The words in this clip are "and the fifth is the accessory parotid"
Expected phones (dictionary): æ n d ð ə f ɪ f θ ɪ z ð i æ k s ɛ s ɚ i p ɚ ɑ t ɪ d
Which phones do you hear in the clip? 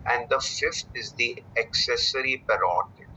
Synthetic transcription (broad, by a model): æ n d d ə f ɪ f t ɪ z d i æ k s ɛ s ɚ i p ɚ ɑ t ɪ